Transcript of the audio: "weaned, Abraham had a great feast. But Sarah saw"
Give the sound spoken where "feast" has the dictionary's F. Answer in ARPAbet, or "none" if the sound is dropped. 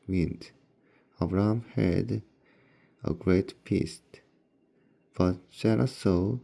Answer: P